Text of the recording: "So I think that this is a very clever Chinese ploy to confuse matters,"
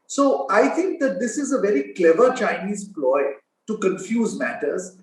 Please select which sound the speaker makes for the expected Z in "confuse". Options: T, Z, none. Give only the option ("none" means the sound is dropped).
Z